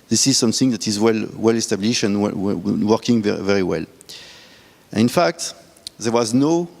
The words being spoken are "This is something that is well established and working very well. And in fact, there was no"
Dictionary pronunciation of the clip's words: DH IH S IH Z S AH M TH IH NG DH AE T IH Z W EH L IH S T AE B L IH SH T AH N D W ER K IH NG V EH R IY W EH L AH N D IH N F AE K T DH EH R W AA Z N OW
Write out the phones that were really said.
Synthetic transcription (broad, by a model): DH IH S IH Z S AH M TH IH NG DH AE T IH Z W EH L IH S T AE B L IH SH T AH N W W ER K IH NG V EH R IY W EH L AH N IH N F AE K T DH EH R W AA Z N OW